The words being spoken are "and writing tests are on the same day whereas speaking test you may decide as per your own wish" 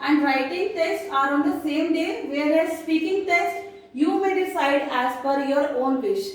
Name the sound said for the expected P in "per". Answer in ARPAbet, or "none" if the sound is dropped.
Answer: F